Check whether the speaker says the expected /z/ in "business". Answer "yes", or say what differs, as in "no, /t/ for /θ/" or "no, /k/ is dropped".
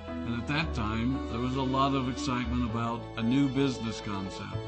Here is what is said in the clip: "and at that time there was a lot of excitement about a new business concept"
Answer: yes